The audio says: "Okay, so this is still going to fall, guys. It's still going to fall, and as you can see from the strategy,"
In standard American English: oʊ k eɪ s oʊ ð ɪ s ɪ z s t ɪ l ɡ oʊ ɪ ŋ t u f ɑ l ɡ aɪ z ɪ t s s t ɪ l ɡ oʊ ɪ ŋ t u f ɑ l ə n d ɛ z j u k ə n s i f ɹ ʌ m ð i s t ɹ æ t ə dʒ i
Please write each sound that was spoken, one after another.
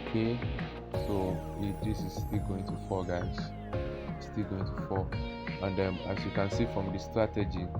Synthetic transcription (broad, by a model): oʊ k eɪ s oʊ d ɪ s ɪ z s t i l ɡ oʊ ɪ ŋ t u f ɑ ɡ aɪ ɪ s s t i l ɡ oʊ ɪ ŋ t u f ɑ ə n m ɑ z j u k ə n s i f ɹ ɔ m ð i s t ɹ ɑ t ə dʒ i